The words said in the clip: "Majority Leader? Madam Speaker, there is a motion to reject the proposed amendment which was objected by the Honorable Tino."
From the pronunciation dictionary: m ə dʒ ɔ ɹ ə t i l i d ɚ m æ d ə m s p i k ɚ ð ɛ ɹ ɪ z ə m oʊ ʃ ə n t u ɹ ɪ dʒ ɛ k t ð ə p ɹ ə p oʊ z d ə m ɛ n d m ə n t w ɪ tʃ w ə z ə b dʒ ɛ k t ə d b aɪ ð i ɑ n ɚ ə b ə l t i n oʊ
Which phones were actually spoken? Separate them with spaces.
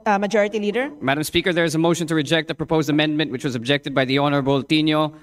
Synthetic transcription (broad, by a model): m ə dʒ ɔ ɹ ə t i l i d ɚ m æ d ə m s p i k ɚ ð ɛ ɹ ɪ z ə m oʊ ʃ ə n t u ɹ ɪ dʒ ɛ k t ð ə p ɹ ə p oʊ z d ə m ɛ n d m ə n t w ɪ tʃ w ə z ə b dʒ ɛ k t ə d b aɪ ð i ɑ n ɚ ə b ə l t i n oʊ